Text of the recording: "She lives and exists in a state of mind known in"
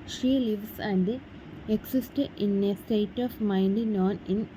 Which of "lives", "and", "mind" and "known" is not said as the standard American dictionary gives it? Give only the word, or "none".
lives